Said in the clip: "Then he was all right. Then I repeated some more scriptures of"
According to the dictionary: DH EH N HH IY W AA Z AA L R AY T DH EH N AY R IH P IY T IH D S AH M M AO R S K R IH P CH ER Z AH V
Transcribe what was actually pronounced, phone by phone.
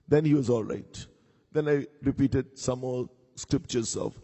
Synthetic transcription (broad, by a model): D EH N HH IY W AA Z AA L R AY T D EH N AY R IH P IY T IH D S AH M M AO L S K R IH P CH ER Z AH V